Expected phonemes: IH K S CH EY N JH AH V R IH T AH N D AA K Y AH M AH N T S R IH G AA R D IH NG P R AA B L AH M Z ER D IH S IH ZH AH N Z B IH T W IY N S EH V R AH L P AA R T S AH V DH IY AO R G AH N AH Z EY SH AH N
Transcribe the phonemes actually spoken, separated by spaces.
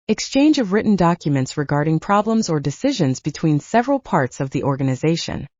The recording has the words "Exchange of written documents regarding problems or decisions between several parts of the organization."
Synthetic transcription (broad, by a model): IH K S CH EY N JH AH V R IH T N D AA K Y AH M AH N T S R IH G AA R D IH NG P R AA B L AH M Z ER D IH S IH ZH AH N Z B IH T W IY N S EH V R AH L P AA R T S AH V DH IY AO R G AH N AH Z EY SH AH N